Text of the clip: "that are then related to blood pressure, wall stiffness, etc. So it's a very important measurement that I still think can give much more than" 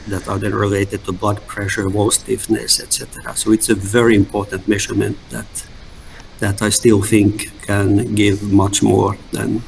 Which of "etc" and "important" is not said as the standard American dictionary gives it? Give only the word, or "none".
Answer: none